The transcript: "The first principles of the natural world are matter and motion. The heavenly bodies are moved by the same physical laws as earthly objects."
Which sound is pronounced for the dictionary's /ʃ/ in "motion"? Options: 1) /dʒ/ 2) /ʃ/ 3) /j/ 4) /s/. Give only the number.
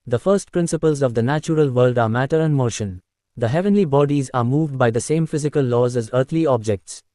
2